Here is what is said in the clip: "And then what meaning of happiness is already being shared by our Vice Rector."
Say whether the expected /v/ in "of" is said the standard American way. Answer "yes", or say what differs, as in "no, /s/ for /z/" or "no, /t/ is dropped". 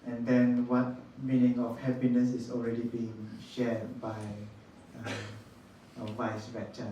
no, /f/ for /v/